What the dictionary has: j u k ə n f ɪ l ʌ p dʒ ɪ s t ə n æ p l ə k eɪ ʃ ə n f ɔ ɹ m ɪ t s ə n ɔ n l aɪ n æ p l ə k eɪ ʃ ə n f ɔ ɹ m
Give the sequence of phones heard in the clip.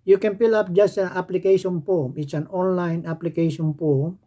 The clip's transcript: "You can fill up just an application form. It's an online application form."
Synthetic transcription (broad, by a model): j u k ə n p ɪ l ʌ p dʒ ɪ s t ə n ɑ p l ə k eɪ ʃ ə n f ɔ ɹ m ɪ t s ə n ɔ n l aɪ n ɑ p l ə k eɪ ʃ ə n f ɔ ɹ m